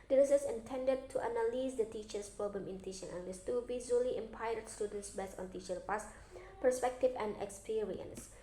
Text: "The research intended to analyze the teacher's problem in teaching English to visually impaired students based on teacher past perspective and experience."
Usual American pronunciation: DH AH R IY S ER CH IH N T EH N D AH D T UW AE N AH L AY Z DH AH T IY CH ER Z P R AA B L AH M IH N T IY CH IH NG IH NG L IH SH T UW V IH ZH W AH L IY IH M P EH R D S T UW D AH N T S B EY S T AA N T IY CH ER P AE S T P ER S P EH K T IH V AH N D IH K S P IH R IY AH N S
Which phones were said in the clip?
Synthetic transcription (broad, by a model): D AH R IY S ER S IH N T EH N D AH D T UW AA N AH L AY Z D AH T IY CH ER S P R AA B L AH M IH N T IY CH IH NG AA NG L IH S T UW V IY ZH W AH L IY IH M P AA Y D S T UW D AH N T S B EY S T AA N T IY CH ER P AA S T P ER S P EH K T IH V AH N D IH K S P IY R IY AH N S